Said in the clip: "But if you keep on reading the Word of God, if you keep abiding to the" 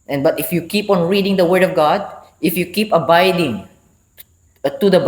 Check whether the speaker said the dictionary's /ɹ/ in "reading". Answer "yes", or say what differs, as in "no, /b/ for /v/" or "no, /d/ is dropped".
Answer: yes